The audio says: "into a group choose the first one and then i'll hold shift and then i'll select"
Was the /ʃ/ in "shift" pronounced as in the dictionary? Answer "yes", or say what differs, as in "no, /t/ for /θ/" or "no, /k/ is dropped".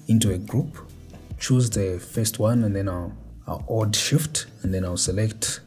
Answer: yes